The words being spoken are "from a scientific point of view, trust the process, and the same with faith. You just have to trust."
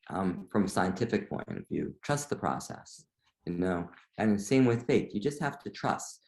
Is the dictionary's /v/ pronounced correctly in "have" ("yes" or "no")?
no